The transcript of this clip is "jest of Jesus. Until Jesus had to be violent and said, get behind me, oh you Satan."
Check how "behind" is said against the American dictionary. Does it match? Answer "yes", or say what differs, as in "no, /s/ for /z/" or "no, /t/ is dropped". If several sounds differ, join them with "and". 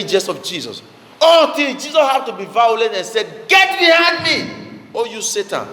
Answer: no, /n/ is dropped